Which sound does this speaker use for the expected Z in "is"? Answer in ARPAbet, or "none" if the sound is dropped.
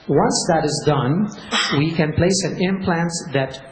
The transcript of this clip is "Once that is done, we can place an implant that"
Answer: Z